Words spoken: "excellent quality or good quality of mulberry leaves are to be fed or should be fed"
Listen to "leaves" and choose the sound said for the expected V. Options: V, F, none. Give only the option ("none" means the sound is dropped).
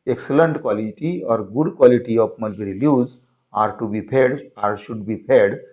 none